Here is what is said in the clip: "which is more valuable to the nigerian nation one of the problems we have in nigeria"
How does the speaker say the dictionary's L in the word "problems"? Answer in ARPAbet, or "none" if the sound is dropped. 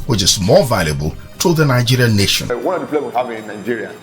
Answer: none